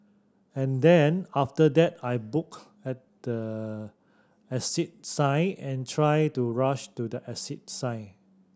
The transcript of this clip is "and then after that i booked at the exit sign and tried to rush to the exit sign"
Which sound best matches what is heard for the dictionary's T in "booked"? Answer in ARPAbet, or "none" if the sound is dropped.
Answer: none